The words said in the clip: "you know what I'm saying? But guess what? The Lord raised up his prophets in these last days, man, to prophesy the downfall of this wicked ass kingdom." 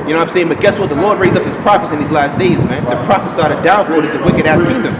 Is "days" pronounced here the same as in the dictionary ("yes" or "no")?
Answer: yes